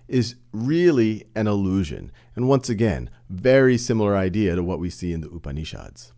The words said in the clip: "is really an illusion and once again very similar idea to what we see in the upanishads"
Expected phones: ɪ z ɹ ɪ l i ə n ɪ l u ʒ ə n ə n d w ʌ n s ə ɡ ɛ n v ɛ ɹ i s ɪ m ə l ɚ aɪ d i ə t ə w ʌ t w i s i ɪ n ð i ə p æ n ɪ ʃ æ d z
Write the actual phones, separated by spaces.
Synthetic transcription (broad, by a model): ɪ z ɹ ɪ l i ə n ɪ l u ʒ ə n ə n w ʌ n s ə ɡ ɛ n v ɛ ɹ i s ɪ m l ɚ aɪ d i ə t ə w ʌ t w i s i ɪ n ð i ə p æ n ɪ ʃ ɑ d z